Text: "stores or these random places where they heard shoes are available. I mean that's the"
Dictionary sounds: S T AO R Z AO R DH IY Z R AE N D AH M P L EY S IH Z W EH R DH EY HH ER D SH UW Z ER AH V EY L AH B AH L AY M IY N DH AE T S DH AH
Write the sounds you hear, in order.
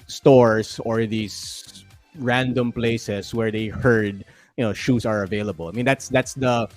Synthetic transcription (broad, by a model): S T AO R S AO R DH IY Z R AE N D AH M P L EY S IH S W EH R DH EY HH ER D SH UW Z ER AH V EY L AH B AH L AY M IY N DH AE T S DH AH